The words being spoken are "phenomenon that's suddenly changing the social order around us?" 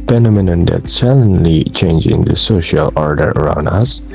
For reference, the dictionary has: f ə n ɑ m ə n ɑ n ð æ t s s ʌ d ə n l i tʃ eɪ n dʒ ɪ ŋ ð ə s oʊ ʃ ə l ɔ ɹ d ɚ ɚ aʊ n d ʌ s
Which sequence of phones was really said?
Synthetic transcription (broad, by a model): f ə n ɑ m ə n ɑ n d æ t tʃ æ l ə n l i tʃ eɪ n dʒ ɪ ŋ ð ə s oʊ ʃ ə l ɔ ɹ d ɚ ɚ aʊ n d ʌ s